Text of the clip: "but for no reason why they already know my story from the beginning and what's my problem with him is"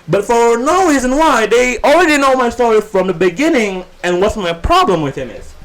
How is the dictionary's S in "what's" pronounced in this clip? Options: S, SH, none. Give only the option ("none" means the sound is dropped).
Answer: S